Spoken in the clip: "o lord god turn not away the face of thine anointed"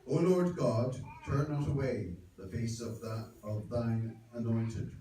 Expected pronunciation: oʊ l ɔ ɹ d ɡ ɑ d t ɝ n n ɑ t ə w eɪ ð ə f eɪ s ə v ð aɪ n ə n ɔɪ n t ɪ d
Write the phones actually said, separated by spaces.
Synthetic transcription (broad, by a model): oʊ l ɔ ɹ d ɡ ɑ d t ɝ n n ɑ t ə w eɪ ð ə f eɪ s ə v ð aɪ n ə n ɔɪ n t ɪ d